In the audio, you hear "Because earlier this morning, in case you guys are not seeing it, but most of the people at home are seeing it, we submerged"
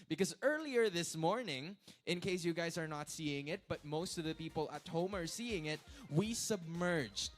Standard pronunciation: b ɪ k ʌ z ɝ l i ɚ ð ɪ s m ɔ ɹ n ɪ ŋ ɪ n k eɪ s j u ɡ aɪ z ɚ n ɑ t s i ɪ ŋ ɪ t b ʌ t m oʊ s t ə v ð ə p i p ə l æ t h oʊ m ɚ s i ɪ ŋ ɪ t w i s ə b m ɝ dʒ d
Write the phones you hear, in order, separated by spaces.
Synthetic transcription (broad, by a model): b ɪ k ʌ z ɝ l i ɚ ð ɪ s m ɔ ɹ n ɪ ŋ ɪ n k eɪ s j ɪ ɡ aɪ z ɚ n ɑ t s i ɪ ŋ ɪ t b ʌ t m oʊ s t ə v ð ə p i p l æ t h oʊ m ɚ s i ɪ ŋ ɪ t w i s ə b m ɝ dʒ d